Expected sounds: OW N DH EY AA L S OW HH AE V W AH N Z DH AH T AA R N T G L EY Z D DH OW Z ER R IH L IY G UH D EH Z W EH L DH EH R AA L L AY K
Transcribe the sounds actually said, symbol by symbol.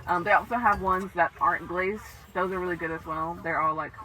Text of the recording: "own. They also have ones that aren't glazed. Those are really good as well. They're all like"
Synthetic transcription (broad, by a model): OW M DH EY AA L S OW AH V W AH N Z DH AH T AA R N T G L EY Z DH OW Z ER R IH L IY G UH D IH Z W EH L DH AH R AA L L AY K